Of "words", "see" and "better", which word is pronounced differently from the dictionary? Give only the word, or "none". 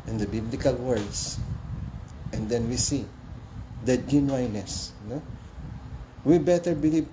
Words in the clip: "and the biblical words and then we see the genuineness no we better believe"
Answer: words